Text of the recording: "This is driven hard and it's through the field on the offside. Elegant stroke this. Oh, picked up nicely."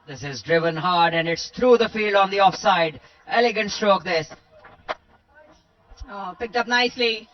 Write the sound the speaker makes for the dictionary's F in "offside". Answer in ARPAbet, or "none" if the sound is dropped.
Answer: F